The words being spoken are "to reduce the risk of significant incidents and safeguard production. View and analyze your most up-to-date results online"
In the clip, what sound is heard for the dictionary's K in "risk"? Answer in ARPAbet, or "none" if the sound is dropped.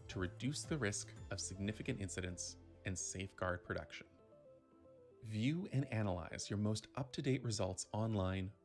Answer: K